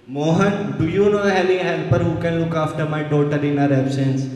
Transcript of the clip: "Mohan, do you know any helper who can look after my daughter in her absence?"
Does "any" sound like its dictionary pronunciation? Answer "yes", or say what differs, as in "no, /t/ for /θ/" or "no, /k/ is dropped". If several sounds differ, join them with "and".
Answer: no, /l/ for /n/